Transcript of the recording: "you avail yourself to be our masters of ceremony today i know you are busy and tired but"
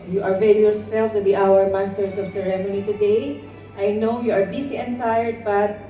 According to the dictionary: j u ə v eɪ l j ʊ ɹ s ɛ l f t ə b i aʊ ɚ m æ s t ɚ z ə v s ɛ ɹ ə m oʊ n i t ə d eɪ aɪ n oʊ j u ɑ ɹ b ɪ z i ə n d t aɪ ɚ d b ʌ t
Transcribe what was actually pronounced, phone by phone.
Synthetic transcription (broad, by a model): j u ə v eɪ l j ʊ ɹ s ɛ l f t ə b i aʊ ɚ m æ s t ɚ s ə v s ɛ ɹ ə m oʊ n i t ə d eɪ aɪ n oʊ j u ɑ ɹ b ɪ s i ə n t aɪ ɚ d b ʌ t